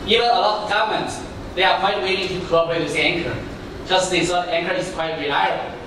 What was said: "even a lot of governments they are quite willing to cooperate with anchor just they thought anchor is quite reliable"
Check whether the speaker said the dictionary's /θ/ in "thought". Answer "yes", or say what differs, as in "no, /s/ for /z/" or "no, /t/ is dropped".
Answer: no, /s/ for /θ/